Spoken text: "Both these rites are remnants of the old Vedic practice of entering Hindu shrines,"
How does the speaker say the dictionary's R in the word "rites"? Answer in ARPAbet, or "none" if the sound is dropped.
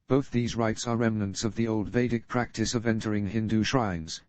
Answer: R